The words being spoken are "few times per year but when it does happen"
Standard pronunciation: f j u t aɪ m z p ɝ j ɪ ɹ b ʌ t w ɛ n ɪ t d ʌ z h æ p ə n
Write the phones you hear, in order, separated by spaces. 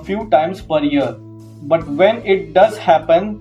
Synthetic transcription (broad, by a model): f j u t aɪ m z p ɝ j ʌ ɹ b ʌ t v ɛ n ɪ t d ʌ z h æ p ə n